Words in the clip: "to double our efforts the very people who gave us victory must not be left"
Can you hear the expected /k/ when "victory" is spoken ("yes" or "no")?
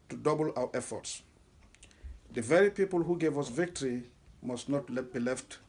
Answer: yes